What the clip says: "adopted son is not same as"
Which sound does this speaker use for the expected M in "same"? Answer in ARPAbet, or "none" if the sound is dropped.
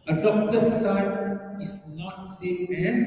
none